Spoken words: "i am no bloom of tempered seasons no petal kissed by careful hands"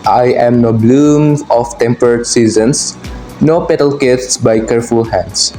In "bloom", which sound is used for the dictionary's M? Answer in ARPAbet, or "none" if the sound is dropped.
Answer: M